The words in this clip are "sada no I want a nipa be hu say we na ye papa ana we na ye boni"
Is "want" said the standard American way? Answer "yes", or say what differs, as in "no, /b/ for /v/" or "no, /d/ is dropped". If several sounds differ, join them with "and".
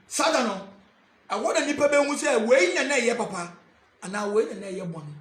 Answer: no, /t/ is dropped